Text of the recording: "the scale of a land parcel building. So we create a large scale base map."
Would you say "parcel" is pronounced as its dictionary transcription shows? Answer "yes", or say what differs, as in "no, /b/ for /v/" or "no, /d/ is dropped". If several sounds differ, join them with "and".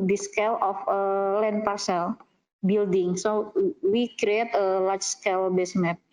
yes